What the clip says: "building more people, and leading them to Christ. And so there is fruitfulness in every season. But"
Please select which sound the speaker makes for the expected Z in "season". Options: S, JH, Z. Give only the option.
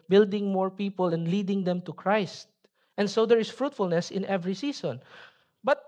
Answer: S